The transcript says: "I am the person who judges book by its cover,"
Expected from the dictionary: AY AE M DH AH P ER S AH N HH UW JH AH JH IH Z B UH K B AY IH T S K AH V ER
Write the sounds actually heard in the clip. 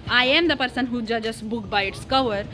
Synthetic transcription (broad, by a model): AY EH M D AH P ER S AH N HH UW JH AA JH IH S B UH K B AY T S K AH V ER